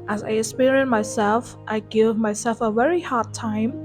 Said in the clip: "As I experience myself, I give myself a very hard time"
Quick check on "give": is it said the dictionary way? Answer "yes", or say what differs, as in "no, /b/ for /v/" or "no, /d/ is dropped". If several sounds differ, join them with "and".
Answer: yes